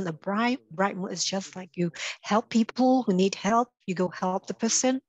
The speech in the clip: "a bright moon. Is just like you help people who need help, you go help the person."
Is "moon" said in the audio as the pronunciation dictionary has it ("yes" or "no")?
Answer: no